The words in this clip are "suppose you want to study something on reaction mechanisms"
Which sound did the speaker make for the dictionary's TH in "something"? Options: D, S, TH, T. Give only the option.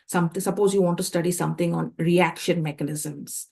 T